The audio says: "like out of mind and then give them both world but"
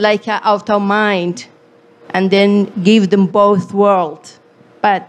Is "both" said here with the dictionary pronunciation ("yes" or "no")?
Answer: yes